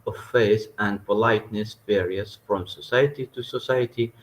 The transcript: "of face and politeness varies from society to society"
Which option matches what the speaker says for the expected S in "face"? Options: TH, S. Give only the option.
TH